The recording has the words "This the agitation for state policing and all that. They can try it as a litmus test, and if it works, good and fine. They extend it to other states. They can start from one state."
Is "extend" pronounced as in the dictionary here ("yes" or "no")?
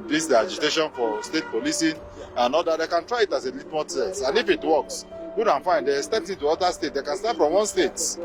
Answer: no